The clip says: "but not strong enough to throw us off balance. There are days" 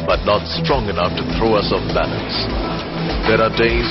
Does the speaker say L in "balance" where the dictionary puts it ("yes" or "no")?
no